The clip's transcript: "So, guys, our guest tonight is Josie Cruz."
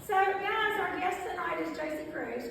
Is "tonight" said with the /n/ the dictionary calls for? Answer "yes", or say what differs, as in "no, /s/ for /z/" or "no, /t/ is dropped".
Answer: yes